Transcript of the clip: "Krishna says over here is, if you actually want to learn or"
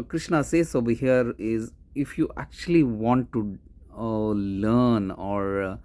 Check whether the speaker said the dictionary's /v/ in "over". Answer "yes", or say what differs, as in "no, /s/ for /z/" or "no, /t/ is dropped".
no, /b/ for /v/